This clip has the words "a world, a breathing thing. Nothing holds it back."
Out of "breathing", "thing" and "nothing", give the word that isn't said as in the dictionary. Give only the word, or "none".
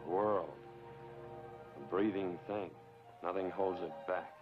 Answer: none